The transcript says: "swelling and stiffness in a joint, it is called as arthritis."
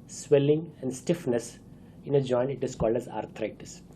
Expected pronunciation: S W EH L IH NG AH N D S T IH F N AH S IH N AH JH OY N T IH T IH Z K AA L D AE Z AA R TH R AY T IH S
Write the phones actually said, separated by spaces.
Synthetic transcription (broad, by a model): S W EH L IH NG AH N D S T IH F N AH S IH N AH JH OY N IH T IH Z K AA L D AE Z AA R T R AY T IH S